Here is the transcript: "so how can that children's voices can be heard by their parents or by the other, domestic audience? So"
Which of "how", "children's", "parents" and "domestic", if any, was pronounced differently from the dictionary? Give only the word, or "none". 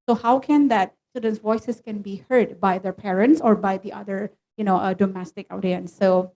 children's